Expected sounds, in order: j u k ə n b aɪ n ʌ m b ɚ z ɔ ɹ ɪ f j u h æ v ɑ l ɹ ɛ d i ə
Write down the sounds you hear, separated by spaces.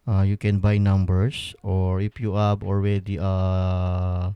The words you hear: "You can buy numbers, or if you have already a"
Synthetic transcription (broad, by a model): j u k ə n b aɪ n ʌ m b ɚ s ɔ ɹ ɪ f j u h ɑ b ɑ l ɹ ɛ d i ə